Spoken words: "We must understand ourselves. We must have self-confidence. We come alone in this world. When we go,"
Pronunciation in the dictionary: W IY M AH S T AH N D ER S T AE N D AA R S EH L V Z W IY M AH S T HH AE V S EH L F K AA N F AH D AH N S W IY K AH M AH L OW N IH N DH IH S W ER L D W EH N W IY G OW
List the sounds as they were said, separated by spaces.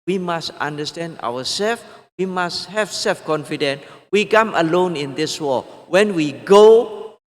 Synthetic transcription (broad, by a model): W IY M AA S T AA N D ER S T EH N D AA W S EH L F W IY M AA S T HH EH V S EH L F K AA N F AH D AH N W IY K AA M AH L OW N IH N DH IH S W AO W EH N W IY G OW